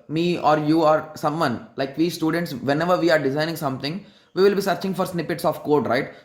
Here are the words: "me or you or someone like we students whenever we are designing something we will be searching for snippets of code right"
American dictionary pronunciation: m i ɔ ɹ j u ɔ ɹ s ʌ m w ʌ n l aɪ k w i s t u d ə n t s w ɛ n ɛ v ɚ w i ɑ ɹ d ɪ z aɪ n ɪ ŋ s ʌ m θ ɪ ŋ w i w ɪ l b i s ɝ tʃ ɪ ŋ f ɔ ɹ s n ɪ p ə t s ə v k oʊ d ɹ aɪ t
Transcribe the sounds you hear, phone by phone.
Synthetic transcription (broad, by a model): m i ɔ ɹ j u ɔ ɹ s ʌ m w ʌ n l aɪ k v i s t u d ə n t s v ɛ n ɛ v ɚ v i ɑ ɹ d ɪ z aɪ n ɪ ŋ s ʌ m t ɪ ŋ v i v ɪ l b i s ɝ tʃ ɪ ŋ f ɔ ɹ s n ɪ p ə t s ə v k oʊ d ɹ aɪ t